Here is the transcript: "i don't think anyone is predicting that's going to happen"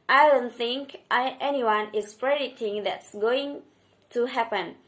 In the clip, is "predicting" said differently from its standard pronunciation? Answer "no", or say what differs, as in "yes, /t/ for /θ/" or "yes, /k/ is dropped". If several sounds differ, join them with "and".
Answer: yes, /k/ is dropped